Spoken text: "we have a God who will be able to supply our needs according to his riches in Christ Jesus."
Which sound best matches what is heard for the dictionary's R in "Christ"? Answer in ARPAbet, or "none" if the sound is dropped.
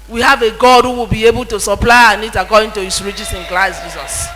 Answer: L